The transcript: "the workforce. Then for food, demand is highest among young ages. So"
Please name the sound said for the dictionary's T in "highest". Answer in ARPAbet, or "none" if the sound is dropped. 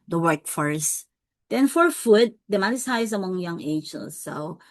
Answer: none